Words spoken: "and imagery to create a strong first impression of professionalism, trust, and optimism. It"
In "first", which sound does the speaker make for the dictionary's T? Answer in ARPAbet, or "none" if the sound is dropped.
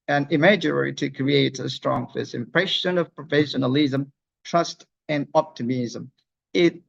none